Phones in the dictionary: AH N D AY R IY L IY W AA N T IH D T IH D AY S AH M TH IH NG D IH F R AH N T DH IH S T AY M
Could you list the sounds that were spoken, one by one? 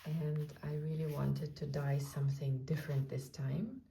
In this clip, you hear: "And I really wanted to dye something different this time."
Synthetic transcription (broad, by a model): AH N D AY R IY L IY W AA N T IH D T IH D AY S AH M TH IH NG D IH F R AH N T DH IH S T AY M